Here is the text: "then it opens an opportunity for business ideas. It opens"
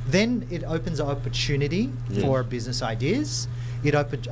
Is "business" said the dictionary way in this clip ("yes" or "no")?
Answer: yes